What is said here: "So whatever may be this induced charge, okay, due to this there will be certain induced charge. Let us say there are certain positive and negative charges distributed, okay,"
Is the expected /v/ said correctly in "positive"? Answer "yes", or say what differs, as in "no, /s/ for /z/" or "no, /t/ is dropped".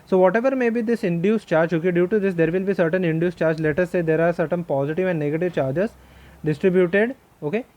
yes